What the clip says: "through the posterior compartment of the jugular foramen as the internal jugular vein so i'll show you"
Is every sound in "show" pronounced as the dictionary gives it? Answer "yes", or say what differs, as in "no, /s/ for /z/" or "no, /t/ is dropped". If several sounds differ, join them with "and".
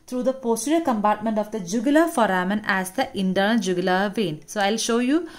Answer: yes